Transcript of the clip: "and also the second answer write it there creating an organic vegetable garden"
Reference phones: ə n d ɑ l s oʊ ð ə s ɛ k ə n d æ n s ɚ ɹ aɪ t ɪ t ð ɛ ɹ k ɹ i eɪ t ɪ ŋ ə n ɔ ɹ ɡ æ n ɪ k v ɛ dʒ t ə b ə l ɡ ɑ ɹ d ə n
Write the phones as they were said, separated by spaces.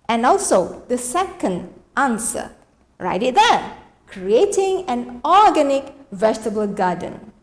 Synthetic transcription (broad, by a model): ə n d ɑ l s oʊ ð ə s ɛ k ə n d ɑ n s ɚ ɹ aɪ t ɪ t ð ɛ k ɹ i eɪ t ɪ ŋ ə n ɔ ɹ ɡ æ n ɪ k v ɛ dʒ t ə b ə l ɡ ɑ d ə n